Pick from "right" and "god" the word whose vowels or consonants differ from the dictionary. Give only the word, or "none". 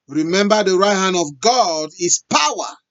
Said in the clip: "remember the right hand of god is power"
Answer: none